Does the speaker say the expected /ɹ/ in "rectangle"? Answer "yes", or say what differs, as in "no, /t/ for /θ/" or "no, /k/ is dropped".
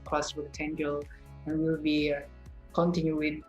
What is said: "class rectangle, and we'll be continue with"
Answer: no, /w/ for /ɹ/